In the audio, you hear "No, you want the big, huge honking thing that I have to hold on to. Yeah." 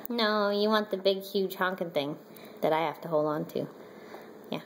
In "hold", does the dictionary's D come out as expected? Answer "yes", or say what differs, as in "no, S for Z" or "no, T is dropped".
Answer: yes